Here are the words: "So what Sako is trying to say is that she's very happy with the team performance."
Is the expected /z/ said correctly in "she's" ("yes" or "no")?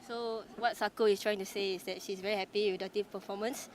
no